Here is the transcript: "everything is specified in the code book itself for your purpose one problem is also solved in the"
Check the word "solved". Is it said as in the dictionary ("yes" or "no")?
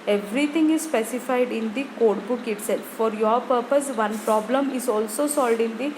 no